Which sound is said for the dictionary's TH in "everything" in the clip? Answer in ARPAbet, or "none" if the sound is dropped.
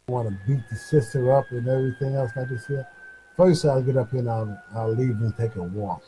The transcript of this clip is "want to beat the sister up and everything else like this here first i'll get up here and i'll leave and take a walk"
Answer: TH